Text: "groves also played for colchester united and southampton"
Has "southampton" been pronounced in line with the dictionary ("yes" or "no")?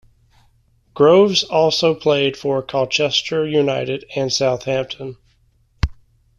yes